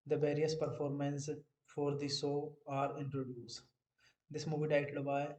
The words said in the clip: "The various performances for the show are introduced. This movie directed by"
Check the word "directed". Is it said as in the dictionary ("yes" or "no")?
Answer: no